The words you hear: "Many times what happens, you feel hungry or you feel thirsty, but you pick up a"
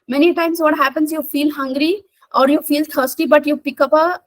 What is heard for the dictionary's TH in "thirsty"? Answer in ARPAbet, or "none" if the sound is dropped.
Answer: T